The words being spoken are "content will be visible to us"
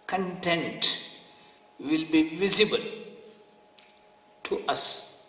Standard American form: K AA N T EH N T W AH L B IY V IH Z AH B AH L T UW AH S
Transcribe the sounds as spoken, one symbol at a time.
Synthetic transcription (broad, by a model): K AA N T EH N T W AH L B IY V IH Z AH B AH L T UW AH S